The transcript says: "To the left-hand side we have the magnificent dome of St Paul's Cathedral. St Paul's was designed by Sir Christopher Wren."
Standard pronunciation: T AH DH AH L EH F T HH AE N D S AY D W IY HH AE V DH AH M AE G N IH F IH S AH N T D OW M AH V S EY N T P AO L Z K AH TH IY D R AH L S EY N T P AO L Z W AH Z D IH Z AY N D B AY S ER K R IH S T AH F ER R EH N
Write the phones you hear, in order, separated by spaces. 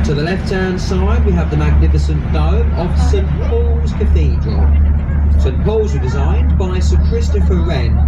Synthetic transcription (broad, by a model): T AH DH AH L EH F T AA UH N S AY D W IY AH V DH AH M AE G N IH F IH S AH N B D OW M AH V S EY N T P AO L Z K AH TH IY D R AH L S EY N P AO L Z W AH D IH Z AY N B AY S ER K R IH S T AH F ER R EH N